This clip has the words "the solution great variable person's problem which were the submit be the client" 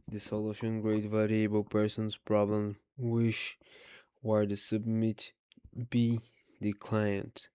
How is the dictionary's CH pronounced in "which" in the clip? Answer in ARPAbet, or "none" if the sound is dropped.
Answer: SH